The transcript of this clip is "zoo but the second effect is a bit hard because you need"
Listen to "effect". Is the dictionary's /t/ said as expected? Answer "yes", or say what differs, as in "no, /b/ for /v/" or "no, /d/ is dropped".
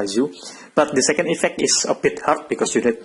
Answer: yes